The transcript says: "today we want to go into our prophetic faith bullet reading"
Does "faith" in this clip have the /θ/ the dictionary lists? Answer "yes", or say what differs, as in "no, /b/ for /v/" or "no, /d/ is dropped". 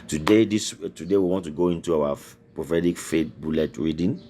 no, /t/ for /θ/